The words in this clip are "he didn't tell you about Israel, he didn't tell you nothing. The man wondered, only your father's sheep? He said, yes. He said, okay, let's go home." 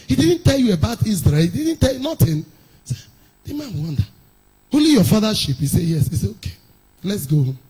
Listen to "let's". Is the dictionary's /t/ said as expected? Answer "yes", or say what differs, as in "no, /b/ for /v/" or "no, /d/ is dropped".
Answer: yes